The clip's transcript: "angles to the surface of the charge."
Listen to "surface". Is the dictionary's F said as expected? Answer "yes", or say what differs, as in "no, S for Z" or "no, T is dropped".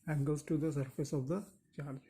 yes